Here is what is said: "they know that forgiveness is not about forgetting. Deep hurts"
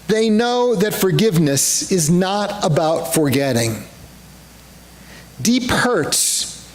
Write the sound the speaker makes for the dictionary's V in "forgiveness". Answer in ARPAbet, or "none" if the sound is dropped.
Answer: V